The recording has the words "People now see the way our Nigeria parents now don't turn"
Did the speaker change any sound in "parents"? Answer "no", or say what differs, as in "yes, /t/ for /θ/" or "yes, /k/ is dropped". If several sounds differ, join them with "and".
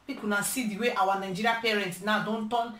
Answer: yes, /s/ is dropped